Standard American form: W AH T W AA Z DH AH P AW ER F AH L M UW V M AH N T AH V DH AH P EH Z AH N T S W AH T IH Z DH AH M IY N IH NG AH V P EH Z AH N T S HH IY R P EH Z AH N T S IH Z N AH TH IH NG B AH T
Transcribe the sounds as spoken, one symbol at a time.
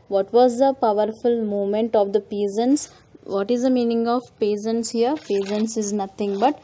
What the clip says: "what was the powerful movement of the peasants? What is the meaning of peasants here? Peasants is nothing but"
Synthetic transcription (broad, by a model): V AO T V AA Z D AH P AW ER F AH L M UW M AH N T AH V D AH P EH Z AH N S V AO T IH Z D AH M IY N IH NG AH V P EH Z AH N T S HH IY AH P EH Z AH N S IH Z N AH T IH NG B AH T